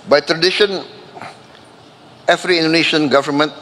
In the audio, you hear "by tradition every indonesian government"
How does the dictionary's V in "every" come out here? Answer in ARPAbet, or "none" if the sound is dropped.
F